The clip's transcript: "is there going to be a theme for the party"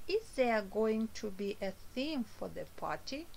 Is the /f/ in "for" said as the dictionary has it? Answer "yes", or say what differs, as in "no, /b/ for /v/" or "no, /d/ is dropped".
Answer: yes